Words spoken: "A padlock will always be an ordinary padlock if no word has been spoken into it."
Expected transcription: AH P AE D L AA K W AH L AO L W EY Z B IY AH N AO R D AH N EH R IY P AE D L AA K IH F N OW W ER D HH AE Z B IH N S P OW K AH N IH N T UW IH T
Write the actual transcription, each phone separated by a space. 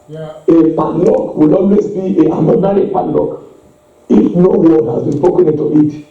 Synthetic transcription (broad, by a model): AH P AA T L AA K W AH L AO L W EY S B IY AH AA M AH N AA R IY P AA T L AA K IH F N OW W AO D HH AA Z B IH N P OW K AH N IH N T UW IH T